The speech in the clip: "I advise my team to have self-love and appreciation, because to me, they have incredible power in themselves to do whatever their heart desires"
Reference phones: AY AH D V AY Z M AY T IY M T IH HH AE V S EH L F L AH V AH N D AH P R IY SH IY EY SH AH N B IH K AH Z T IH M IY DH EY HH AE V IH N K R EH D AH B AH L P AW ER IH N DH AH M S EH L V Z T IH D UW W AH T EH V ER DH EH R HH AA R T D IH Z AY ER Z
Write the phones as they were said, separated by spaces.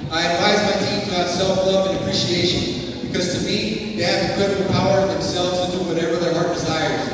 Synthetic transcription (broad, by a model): AY AH D V AY Z M AY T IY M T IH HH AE S EH L F L AH V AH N AH P R IY SH IY EY SH AH N B IH K AH Z T IH M IY DH EY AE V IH K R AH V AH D P AW ER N DH AH M S EH L V Z T IH D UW W AH T EH V ER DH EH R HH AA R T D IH Z AY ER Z